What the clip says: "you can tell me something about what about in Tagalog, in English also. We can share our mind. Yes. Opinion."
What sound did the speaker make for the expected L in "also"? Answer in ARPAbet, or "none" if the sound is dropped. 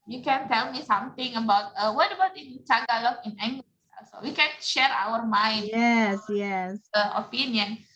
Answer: none